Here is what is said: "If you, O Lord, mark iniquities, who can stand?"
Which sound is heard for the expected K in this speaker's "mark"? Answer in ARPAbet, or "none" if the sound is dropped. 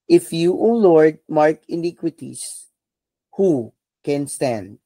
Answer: K